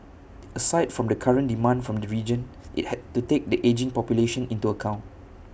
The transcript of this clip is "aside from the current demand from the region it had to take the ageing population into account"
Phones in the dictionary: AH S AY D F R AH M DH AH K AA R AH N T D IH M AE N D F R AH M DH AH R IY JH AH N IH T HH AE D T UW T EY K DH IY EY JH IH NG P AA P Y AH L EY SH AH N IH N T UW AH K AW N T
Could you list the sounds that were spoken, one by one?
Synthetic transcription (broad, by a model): AH S AY D F R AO M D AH K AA R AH N D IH M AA N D F R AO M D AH R IY JH AH N IH T HH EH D T UW T EY K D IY EY JH IH NG P AA P Y AH L EY SH AH N IH N T UW AH K AW N T